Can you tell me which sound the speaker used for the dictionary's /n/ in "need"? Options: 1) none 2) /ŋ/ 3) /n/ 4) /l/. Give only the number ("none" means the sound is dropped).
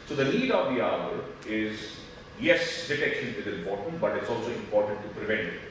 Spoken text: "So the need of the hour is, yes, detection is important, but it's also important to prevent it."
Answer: 4